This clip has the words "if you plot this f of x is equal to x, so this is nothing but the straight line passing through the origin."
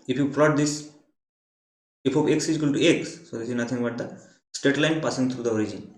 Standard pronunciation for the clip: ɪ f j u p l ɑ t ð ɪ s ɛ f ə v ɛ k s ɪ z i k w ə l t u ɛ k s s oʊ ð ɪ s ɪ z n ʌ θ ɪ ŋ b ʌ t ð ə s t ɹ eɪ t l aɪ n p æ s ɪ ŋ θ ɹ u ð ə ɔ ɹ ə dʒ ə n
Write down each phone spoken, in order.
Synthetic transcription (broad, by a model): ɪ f j u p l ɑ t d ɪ s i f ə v ɛ k s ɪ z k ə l t u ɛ k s s oʊ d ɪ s ɪ z n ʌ t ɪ ŋ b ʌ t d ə s t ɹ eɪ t l aɪ n p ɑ s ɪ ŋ t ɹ u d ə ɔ ɹ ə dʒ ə n